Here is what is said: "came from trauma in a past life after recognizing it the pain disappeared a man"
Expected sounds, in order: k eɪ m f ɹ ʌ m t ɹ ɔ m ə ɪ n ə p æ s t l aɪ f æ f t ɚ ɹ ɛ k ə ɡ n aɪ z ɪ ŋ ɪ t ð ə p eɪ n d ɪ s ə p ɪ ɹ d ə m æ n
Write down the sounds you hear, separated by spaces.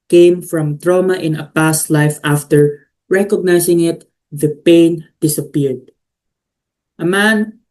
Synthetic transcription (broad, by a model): k eɪ m f ɹ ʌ m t ɹ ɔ m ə ɪ n ə p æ s t l aɪ f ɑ f t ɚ ɹ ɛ k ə ɡ n aɪ s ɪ ŋ ɪ t ð ə p eɪ n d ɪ s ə p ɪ ɹ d ə m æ n